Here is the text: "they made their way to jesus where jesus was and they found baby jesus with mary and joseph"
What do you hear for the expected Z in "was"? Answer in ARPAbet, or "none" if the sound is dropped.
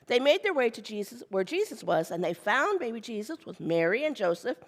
Z